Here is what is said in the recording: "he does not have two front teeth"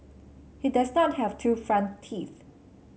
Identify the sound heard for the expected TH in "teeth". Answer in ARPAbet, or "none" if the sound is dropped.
TH